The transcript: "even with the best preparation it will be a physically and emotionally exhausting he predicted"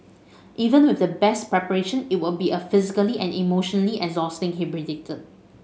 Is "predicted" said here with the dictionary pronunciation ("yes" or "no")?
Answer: no